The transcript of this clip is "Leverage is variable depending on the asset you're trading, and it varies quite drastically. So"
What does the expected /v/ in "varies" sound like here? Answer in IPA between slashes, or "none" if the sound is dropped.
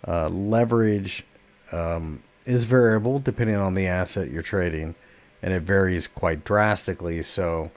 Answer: /v/